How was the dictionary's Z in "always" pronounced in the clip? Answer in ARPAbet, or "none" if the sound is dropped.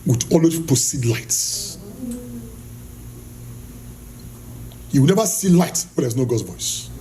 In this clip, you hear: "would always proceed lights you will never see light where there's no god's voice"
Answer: none